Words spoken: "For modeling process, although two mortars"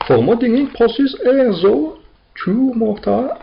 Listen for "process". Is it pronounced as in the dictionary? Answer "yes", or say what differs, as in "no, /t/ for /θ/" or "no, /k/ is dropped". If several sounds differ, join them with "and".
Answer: no, /ɹ/ is dropped